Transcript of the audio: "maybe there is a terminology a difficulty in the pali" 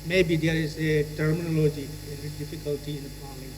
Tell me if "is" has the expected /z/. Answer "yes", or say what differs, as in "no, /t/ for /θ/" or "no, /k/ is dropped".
no, /s/ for /z/